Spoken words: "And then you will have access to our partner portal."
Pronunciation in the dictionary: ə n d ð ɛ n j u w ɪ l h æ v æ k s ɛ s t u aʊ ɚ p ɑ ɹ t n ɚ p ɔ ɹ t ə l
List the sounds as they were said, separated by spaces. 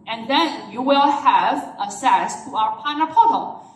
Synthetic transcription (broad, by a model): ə n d ð ɛ n j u w ɪ l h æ v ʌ s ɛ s t u aʊ ɚ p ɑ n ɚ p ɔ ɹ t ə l